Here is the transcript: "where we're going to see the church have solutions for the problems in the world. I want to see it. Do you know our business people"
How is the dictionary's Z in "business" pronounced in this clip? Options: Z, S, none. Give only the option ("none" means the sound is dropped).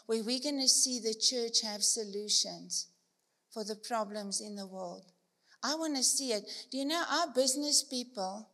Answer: Z